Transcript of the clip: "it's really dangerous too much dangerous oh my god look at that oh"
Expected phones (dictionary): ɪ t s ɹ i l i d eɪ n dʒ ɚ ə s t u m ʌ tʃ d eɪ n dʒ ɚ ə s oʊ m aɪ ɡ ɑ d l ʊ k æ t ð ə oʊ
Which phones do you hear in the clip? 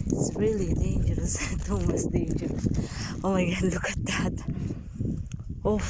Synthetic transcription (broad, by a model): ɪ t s ɹ i l i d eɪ n dʒ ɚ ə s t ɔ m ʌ s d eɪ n dʒ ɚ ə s oʊ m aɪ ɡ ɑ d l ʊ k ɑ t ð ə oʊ